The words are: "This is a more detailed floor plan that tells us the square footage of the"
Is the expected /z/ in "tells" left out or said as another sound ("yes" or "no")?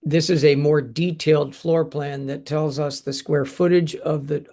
no